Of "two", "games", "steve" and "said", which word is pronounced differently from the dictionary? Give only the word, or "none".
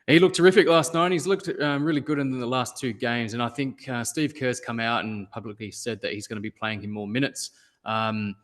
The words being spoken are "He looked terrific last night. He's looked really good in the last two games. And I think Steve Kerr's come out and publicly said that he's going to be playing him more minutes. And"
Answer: none